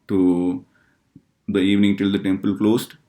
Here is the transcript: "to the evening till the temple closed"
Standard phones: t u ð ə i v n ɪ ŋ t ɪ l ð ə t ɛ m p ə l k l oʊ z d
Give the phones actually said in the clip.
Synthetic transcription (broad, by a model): t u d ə i v n ɪ ŋ t ɪ l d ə t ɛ m p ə l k l oʊ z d